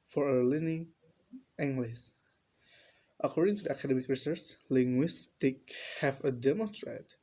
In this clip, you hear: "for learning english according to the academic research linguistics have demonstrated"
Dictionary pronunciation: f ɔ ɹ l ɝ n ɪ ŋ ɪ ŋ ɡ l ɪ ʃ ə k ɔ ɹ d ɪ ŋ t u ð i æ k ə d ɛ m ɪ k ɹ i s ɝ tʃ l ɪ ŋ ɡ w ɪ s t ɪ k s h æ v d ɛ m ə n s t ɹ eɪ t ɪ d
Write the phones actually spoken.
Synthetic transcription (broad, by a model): f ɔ ɹ l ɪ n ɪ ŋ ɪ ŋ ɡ l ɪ s ə k ɔ ɹ d ɪ ŋ t u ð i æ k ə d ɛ m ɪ k ɹ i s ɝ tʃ l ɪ ŋ ɡ w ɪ s t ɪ k h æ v d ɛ m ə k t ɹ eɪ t